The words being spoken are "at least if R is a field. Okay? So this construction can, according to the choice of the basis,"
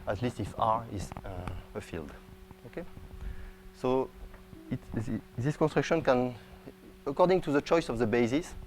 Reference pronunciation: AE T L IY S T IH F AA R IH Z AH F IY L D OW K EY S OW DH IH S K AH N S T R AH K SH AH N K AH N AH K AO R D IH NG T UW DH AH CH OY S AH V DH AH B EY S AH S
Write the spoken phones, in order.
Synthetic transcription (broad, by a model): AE T L IY S T IH F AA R IH Z AH F IY L D OW K EY S OW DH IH S K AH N S T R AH K SH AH N K AH N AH K AO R D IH NG T UW DH AH CH OY S AH V DH AH B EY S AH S